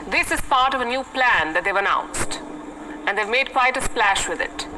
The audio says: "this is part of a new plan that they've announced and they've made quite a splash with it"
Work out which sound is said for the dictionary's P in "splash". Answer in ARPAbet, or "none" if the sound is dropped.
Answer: P